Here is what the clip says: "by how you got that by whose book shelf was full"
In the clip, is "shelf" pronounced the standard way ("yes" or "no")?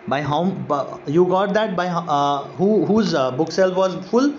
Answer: no